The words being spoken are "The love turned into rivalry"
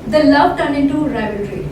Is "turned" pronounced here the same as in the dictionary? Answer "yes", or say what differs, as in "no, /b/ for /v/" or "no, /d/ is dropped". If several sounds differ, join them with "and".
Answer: no, /d/ is dropped